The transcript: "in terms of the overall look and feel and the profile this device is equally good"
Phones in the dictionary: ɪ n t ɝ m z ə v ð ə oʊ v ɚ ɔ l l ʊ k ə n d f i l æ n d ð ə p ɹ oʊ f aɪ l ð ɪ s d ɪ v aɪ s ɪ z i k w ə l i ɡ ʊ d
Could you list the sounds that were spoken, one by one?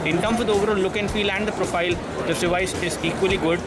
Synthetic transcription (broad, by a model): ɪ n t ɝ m ə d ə oʊ v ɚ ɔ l l ʊ k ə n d f i l æ n d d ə p ɹ oʊ f aɪ l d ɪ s d ɪ v aɪ s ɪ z i k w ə l i ɡ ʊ d